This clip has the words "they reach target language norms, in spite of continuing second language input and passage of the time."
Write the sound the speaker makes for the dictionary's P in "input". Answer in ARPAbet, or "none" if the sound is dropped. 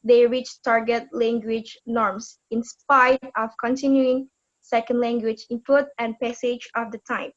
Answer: F